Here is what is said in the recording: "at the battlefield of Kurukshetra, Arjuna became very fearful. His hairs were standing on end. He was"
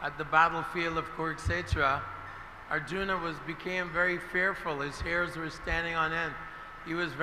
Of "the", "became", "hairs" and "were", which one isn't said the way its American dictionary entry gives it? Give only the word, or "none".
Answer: none